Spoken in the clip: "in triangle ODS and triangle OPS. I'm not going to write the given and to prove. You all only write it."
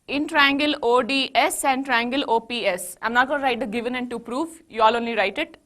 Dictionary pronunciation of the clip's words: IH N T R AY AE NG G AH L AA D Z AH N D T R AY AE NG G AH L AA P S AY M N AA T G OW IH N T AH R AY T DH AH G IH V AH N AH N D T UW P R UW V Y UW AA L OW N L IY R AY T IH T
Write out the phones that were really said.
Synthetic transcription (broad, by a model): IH N T R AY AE NG G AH L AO D S AH N D T R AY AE NG G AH L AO P S AY M N AA T G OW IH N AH R AY T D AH G IH V AH N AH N T UW P R UW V Y UW AA L OW N L IY R AY T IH T